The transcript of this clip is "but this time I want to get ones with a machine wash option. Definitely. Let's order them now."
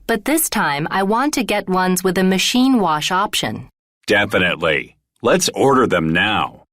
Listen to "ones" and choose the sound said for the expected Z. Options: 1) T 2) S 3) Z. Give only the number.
3